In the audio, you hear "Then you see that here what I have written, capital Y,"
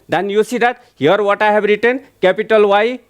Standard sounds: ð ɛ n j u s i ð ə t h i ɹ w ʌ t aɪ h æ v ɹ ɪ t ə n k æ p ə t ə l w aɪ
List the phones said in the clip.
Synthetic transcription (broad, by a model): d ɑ n j u s i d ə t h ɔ ɹ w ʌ t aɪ h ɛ b ɹ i t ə n k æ p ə t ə l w aɪ